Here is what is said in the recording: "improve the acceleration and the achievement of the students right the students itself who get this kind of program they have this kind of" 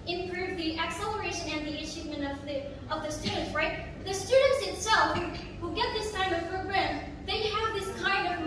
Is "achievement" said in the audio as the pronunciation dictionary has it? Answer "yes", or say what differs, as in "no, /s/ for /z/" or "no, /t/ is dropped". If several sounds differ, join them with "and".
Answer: no, /ʃ/ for /tʃ/